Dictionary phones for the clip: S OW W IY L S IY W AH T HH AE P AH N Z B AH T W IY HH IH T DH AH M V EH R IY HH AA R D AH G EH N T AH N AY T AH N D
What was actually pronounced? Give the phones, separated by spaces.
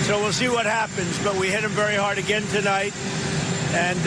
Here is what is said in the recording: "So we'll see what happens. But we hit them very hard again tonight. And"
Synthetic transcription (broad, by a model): S OW W IY L S IY W AH T HH AE P AH N Z B AH T W IY HH IH T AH M V EH R IY HH AA R D AH G EH N T AH N AY T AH N